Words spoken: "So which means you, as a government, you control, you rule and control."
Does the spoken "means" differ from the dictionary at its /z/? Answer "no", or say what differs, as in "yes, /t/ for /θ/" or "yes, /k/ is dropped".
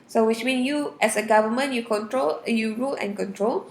yes, /z/ is dropped